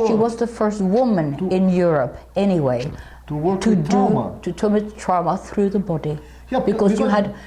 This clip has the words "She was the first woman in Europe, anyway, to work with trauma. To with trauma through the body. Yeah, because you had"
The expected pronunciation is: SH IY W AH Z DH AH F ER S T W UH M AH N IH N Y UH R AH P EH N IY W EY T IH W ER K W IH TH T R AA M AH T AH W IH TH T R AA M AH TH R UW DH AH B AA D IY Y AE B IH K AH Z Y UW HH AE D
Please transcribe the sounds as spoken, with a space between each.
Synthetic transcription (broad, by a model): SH IY W AH Z DH AH F ER S T W UH M AH N IH N Y UH R AH P EH N IY W EY T IH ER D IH T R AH T AH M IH T R AA M AH TH R UW DH AH B AA D IY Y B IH K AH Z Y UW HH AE D